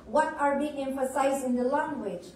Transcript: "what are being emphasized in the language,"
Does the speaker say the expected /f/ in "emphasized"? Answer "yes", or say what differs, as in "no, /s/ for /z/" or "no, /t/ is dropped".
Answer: yes